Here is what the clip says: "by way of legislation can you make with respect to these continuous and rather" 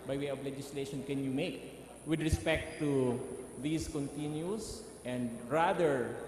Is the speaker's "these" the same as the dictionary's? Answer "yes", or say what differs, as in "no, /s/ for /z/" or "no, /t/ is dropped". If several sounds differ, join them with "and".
no, /s/ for /z/